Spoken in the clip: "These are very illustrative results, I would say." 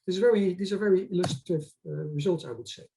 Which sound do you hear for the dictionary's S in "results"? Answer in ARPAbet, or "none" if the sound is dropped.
S